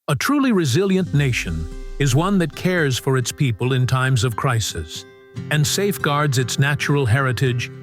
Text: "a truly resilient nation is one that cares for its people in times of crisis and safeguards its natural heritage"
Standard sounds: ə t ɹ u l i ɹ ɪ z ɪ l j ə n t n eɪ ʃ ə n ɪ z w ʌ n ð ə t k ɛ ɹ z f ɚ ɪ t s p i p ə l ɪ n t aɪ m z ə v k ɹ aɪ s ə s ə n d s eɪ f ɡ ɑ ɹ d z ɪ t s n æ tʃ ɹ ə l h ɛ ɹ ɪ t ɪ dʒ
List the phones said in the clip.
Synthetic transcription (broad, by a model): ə t ɹ u l i ɹ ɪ z ɪ l j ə n n eɪ ʃ ə n ɪ z w ʌ n ð ə t k ɛ ɹ z f ɚ ɪ t s p i p ə l ɪ n t aɪ m z ə v k ɹ aɪ s ə s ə n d s eɪ f ɡ ɑ ɹ d z ɪ t s n æ tʃ ɹ l h ɛ ɹ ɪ t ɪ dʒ